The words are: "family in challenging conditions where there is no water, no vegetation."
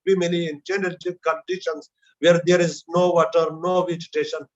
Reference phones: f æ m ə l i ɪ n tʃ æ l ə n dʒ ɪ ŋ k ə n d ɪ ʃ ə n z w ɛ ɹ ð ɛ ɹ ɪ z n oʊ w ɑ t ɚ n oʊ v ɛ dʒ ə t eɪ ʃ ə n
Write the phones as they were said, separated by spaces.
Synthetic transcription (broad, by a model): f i m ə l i ɪ n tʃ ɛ n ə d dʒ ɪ k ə n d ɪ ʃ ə n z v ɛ ɹ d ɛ ɹ ɪ z n oʊ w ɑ t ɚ n oʊ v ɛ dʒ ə t eɪ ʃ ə n